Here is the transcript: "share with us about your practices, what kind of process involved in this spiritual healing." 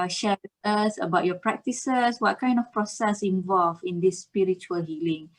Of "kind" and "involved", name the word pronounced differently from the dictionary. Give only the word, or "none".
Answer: involved